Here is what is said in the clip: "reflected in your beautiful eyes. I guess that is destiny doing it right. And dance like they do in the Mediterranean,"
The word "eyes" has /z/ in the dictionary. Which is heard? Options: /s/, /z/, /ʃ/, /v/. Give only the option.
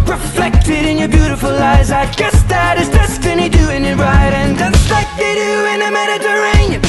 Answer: /z/